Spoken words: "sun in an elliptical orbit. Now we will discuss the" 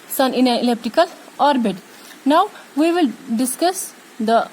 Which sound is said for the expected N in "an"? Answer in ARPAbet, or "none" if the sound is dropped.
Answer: L